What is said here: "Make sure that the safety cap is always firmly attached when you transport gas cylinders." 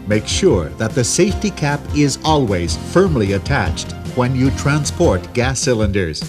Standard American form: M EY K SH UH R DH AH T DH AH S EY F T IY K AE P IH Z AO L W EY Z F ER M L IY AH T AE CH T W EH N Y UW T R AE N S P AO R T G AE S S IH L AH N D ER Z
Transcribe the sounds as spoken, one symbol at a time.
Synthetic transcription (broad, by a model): M EY K SH UH R DH AH T DH AH S EY F T IY K AE P IH Z AO L W EY Z F ER M L IY AH T AE CH T W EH N Y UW T R AE N S P AO R T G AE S S IH L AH N D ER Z